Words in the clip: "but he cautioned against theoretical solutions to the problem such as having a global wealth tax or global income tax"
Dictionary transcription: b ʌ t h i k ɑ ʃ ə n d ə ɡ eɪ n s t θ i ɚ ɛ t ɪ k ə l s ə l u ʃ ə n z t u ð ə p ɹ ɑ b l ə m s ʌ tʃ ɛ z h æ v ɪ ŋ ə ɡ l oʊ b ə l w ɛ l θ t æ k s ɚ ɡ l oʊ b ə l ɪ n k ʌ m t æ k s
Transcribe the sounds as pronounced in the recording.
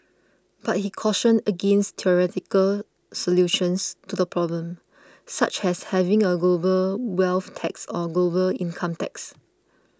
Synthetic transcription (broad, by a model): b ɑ t h i k ɑ ʃ ə n d ə ɡ eɪ n s t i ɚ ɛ t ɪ k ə l s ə l u ʃ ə n s t u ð ə p ɹ ɑ b l ə m s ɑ tʃ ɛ s h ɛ v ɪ ŋ ə ɡ l oʊ b ə l w ɛ l f t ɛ k s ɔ ɡ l oʊ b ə l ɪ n k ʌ m t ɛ k s